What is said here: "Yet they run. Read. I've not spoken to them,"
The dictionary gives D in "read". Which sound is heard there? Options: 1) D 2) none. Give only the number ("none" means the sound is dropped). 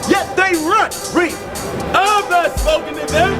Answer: 2